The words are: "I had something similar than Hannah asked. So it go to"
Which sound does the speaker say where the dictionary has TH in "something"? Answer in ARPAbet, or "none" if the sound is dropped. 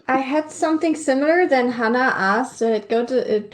TH